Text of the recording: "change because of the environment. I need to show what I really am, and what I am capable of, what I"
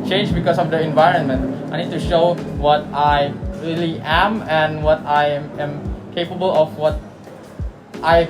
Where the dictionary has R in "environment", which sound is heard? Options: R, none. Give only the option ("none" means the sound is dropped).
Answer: R